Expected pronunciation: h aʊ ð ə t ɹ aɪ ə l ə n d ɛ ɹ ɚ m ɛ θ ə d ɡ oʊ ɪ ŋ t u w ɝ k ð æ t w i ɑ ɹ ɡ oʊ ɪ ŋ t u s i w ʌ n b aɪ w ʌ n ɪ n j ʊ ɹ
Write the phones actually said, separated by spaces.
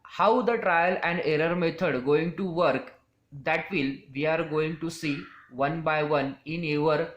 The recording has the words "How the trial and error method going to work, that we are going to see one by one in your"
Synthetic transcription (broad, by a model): h aʊ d ə t ɹ aɪ ə l ə n d ɛ ɹ ɚ m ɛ t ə d ɡ oʊ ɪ ŋ t u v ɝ k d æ t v i ɑ ɹ ɡ oʊ ɪ ŋ t u s i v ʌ n b aɪ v ʌ n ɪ n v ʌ ɹ